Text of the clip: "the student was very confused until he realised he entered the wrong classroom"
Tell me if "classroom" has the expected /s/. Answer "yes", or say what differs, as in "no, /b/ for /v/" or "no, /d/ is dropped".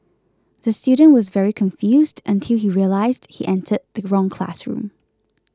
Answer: yes